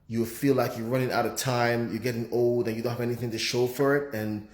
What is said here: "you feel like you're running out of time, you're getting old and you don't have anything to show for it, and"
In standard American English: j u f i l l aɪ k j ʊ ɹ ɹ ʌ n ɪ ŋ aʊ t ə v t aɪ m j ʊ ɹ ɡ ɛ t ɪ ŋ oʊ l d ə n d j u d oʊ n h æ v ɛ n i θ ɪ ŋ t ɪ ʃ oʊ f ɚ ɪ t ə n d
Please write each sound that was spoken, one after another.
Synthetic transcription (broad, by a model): j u f i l l aɪ k j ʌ ɹ ɹ ʌ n ɪ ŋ aʊ t ə v t aɪ m j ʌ ɹ ɡ ɛ t ɪ ŋ oʊ l d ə n j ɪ d oʊ n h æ v ɛ n i θ ɪ ŋ t ɪ ʃ oʊ f ɚ ɪ t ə n